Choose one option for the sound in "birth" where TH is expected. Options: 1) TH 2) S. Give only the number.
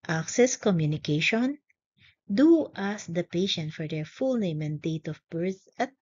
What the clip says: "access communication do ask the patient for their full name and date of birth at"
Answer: 2